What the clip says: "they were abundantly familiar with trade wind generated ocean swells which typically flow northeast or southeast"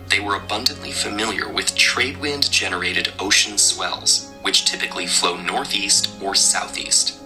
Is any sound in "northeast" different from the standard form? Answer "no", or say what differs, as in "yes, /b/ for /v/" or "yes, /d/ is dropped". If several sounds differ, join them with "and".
no